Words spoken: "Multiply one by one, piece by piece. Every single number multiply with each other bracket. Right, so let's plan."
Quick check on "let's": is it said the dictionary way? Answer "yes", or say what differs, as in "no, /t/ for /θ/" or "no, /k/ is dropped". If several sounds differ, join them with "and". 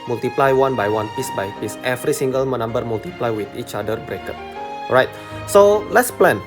yes